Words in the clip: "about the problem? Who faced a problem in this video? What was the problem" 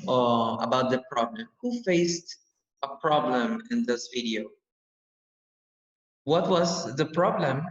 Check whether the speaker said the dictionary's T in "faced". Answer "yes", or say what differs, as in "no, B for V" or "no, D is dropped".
yes